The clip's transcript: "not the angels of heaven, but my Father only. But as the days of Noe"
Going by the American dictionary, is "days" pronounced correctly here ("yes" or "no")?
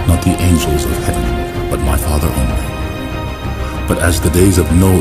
yes